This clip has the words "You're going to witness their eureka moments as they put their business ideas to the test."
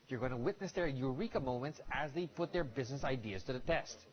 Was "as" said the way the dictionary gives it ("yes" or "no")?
yes